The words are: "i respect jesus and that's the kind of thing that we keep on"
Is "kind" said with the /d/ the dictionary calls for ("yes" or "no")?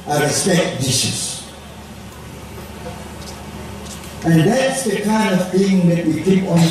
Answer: yes